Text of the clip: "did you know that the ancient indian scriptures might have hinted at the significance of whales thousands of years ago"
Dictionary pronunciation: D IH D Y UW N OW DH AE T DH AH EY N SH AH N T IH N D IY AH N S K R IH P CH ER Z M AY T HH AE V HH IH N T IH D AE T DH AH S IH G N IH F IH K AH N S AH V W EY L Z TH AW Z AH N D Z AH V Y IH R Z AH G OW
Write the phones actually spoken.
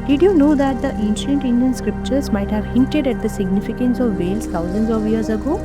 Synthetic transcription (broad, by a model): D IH D Y UW N OW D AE T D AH EY N SH AH N T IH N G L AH N S K R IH P CH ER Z M AY T HH AE V HH IH N T IH D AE T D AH S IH G N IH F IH K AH N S AH V EY L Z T AW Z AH N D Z AH V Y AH R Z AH G OW